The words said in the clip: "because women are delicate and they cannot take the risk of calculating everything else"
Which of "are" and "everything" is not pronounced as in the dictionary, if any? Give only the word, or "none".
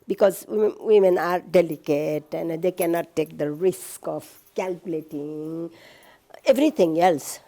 everything